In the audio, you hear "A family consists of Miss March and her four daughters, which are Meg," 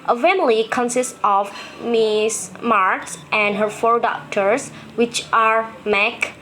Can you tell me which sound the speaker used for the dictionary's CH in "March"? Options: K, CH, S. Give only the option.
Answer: S